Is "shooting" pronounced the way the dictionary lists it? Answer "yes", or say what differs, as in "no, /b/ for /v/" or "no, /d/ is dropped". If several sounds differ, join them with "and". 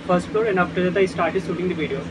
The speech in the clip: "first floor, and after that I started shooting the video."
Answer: no, /s/ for /ʃ/